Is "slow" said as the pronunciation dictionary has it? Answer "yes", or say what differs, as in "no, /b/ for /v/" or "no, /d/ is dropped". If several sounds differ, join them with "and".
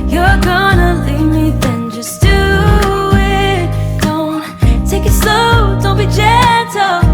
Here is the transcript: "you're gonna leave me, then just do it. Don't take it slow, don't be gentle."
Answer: no, /l/ is dropped